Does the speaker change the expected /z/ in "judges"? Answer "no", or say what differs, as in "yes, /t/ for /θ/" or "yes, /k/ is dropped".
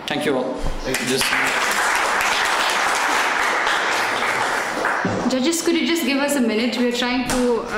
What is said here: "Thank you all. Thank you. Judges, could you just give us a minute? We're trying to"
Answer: yes, /s/ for /z/